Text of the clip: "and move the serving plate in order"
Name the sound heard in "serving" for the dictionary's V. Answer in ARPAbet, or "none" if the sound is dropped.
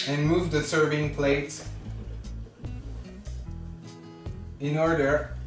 V